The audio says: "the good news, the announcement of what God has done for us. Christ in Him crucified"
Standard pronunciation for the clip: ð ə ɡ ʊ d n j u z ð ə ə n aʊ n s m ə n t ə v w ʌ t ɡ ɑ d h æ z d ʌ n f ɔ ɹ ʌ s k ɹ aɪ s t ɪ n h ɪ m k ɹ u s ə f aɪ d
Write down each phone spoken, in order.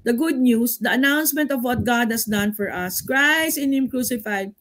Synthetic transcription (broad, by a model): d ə ɡ ʊ d n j u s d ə ə n aʊ n s m ə n t ə v w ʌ t ɡ ɑ d h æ s d ʌ n f ɔ ɹ ʌ s k ɹ aɪ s ɪ n h ɪ m k ɹ u s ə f aɪ d